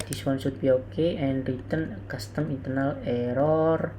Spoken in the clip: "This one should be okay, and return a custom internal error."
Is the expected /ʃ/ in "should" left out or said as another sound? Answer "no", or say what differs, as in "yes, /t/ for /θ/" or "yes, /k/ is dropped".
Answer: yes, /s/ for /ʃ/